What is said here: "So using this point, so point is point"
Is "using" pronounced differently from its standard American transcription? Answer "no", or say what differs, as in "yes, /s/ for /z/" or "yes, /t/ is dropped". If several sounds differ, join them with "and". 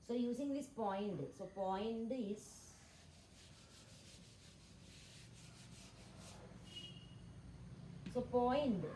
yes, /s/ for /z/